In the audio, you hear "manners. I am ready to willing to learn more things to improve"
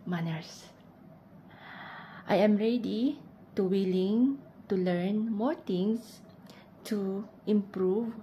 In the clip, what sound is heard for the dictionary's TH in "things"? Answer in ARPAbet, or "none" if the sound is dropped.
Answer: T